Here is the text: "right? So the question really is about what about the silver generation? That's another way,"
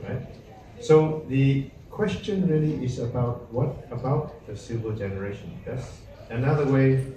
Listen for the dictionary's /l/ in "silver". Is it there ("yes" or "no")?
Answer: no